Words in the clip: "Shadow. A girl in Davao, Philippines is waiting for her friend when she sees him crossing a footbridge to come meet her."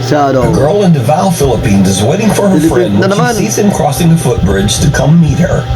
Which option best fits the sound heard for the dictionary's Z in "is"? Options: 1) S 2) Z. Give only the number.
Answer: 2